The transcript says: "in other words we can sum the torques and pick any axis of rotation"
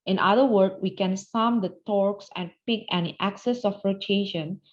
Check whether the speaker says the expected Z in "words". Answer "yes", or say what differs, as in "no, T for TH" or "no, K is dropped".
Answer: no, Z is dropped